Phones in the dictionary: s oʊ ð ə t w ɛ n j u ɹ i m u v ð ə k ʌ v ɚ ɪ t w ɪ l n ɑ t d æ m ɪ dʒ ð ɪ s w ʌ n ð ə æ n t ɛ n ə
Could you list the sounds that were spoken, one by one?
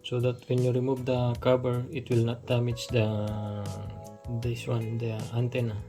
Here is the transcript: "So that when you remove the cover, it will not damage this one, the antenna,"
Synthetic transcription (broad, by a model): s oʊ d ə t w ɛ n j u ɹ i m u v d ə k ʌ b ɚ ɪ t w ɪ l n ɑ t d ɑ m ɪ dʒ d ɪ s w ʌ n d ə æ n t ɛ n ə